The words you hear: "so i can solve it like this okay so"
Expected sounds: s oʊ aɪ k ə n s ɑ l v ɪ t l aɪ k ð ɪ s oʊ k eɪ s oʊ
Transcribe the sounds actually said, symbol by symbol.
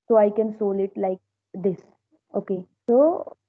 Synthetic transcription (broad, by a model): s oʊ aɪ k ə n s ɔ l ɪ t l aɪ k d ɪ s oʊ k eɪ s oʊ